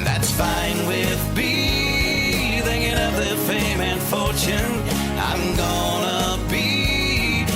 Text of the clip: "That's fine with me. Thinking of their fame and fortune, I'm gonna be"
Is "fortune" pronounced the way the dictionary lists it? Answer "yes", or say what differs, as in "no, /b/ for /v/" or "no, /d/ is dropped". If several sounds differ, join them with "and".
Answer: yes